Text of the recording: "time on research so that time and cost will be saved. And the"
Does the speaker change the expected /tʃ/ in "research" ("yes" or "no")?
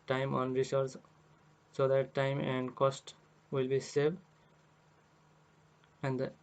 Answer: yes